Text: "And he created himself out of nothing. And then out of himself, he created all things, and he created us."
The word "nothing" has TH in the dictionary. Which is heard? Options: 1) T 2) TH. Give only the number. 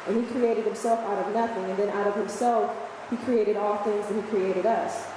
2